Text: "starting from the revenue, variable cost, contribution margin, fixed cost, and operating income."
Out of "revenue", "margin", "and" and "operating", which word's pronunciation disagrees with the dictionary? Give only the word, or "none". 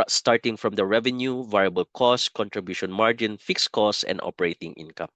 none